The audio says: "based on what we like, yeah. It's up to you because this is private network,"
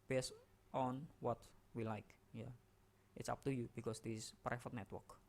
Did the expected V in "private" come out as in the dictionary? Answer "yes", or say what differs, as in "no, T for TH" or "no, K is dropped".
no, F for V